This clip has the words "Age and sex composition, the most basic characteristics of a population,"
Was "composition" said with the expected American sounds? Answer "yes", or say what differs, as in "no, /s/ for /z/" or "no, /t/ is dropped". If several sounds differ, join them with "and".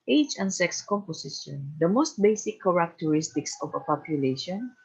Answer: no, /s/ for /z/